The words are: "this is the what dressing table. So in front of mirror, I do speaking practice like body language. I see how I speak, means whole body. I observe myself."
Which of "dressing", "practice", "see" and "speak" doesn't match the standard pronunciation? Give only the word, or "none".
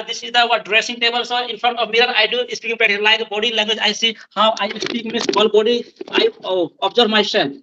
practice